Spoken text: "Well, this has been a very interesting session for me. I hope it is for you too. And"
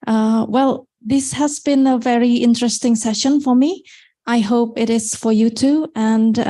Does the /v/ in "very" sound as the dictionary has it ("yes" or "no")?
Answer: yes